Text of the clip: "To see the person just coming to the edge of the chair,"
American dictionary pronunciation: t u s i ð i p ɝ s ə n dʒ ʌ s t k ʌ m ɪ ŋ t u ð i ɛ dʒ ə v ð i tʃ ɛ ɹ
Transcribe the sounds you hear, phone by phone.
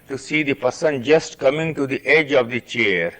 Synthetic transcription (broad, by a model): t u s i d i p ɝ s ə n dʒ ʌ s t k ʌ m ɪ ŋ t u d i ɛ dʒ ə v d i tʃ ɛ ɹ